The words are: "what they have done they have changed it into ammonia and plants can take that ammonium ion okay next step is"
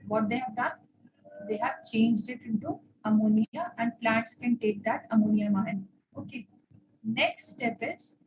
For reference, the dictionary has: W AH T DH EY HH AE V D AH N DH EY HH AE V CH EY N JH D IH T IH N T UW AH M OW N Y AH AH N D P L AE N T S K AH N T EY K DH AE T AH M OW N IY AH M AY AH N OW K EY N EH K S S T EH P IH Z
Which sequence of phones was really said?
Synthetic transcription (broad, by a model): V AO T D EY HH AE V D AH N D EY HH AE V CH EY N JH D IH T IH N T UW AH M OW N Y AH AH N D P L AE T S K AH N T EY K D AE T AH M OW N IY AH M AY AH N OW K EY N EH K S S T EH P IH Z